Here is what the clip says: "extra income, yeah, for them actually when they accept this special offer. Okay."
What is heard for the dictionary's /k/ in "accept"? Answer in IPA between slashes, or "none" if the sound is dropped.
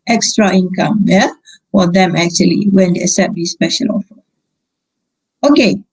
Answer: none